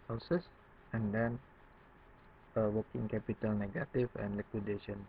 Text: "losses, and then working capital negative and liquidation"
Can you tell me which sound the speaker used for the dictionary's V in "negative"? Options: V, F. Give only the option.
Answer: F